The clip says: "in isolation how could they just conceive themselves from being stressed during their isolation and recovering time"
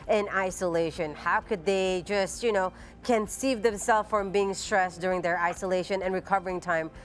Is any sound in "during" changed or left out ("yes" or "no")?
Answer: no